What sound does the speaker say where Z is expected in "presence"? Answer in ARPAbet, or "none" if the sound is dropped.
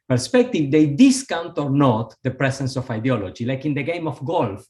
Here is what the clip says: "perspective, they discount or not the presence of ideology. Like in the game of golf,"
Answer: S